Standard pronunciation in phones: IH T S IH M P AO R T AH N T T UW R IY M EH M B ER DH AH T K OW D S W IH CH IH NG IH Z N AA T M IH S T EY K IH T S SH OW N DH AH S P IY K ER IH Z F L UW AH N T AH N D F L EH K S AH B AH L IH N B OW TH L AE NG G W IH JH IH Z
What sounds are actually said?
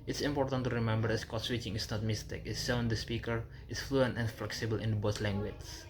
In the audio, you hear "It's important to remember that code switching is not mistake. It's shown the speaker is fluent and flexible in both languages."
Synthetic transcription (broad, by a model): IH T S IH M P AO R T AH N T T UW R IY M EH M B ER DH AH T K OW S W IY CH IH NG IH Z N AA T M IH S T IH K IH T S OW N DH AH S P IY K ER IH S F L UW AH N T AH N F L EH K S AH B AH L IH N B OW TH L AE NG G W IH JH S